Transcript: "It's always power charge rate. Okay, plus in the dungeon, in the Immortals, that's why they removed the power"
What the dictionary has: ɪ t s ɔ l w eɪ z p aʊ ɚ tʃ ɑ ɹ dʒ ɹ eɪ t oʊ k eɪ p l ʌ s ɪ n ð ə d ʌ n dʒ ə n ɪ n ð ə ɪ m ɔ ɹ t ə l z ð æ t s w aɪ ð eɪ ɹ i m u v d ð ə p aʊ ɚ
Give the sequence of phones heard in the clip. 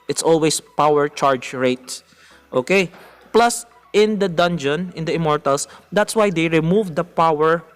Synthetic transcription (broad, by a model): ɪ t s ɔ l w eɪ s p aʊ ɚ tʃ ɑ ɹ dʒ ɹ eɪ t oʊ k eɪ p l ʌ s ɪ n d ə d ʌ n dʒ ə n ɪ n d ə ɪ m ɔ ɹ t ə l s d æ t s w aɪ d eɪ ɹ i m u v d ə p aʊ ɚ